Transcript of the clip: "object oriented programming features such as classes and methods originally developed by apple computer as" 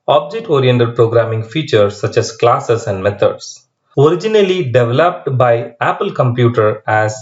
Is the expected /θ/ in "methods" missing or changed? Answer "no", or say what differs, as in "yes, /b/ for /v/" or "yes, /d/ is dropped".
yes, /t/ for /θ/